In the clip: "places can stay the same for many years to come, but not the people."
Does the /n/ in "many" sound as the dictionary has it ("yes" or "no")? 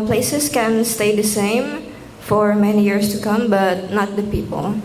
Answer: yes